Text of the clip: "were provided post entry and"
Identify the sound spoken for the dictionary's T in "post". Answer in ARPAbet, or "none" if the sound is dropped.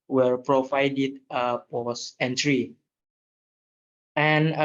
none